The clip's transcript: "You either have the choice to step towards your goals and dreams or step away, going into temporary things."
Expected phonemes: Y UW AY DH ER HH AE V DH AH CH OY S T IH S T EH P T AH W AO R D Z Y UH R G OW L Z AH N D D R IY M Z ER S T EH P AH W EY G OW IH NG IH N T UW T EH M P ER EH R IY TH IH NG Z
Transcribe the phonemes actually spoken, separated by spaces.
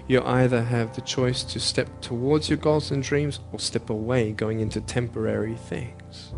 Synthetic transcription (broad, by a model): Y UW AY DH ER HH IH V DH AH CH OY S T IH S T EH P T AH W AO R D Z Y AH R G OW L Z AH N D D R IY M Z ER S T EH P AH W EY G OW IH NG IH N T UW T EH M P ER EH R IY TH IH NG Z